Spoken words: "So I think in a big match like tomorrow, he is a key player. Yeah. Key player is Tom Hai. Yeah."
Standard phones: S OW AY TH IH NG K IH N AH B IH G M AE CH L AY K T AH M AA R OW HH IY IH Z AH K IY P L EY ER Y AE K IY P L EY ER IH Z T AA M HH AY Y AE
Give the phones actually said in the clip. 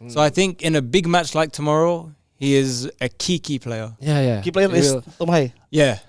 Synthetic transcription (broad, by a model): S OW AY TH IH NG K IH N AH B IH G M AE CH L AY K T AH M AA R OW HH IY IH Z AH K IY P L EY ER Y AE K IY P L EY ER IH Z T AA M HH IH Y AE